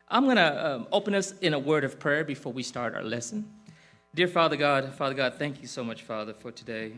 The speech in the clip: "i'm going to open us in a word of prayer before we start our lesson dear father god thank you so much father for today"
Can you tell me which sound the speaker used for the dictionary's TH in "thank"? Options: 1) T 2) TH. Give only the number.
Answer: 2